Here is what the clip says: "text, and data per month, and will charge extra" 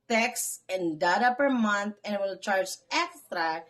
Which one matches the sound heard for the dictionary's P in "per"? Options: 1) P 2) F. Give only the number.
1